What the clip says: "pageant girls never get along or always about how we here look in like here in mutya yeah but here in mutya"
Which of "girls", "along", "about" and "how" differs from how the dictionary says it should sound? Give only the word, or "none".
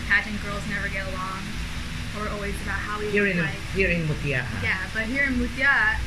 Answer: none